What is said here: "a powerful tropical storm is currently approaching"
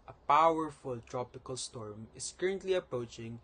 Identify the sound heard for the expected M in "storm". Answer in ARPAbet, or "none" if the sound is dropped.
M